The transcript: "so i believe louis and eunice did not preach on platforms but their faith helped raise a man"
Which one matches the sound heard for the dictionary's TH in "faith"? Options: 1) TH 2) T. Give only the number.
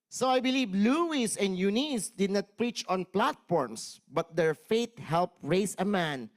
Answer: 2